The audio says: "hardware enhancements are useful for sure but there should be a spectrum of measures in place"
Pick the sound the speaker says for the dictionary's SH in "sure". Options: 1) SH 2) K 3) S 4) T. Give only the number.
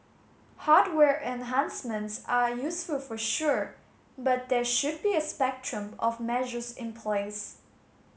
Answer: 1